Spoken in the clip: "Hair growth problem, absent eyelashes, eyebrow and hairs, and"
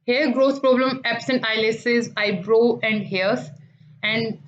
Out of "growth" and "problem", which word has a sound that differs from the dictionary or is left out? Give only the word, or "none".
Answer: growth